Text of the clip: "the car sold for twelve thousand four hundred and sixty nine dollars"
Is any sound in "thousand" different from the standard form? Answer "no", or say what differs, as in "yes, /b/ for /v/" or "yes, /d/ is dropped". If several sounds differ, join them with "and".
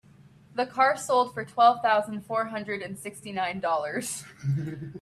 no